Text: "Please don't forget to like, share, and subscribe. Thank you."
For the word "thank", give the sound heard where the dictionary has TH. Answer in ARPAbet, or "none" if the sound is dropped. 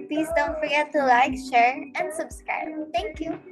T